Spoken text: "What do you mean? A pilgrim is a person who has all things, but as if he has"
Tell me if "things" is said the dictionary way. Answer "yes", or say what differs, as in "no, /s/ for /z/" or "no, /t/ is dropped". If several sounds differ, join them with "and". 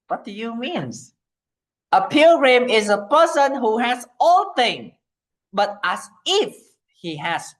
no, /z/ is dropped